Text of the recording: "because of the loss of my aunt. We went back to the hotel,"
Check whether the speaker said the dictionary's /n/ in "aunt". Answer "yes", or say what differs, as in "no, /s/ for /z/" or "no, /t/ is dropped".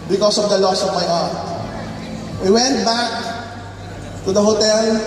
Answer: no, /n/ is dropped